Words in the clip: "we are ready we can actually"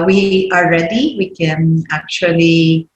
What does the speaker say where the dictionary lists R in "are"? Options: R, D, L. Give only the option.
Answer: L